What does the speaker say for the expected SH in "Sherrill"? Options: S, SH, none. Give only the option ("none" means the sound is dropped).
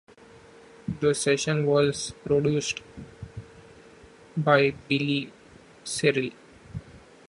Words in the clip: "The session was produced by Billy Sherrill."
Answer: S